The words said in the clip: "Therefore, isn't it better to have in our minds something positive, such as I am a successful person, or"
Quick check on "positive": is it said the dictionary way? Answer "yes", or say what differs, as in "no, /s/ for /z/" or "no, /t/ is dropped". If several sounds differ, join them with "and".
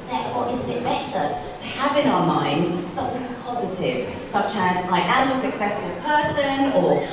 yes